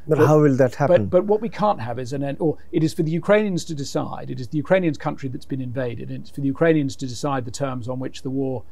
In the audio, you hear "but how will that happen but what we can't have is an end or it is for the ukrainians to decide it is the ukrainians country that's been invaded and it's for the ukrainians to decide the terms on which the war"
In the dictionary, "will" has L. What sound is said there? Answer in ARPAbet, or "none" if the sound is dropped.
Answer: L